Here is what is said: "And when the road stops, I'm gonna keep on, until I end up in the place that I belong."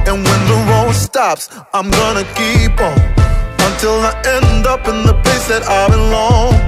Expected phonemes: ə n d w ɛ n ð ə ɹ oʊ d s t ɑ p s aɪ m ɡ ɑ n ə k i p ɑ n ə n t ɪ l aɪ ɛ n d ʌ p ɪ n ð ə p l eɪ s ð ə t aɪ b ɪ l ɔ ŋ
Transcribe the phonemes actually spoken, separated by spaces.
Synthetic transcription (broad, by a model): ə n w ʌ n ð ə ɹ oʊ s t ɑ p s aɪ m ɡ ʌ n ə k i p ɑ ə n t ɪ l aɪ ɛ n d ʌ p ɪ n ð ə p eɪ s ð ə t aɪ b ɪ l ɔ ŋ